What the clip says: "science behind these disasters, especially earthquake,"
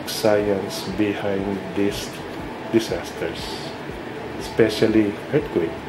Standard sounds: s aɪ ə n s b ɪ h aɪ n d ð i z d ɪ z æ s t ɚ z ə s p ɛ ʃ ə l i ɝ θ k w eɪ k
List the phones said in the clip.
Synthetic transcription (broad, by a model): s aɪ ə n s b ɪ h aɪ n d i s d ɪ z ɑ s t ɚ s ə s p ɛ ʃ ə l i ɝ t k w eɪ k